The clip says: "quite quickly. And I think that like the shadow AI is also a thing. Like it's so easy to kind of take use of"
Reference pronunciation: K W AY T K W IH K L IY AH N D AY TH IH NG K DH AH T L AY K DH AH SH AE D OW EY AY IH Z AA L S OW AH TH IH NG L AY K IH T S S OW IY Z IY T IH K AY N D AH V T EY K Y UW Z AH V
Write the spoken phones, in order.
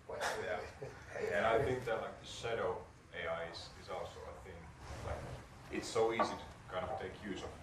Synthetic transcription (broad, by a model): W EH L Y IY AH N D AY TH IH NG K DH AH T L AY K DH AH SH AE D OW EY AY IH Z AA L S OW AH TH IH NG L AY K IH T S S OW IY Z IY T IH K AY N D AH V T EY K Y UW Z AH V